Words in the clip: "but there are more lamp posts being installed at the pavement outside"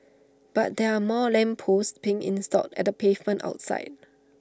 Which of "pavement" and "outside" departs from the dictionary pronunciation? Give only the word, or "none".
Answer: none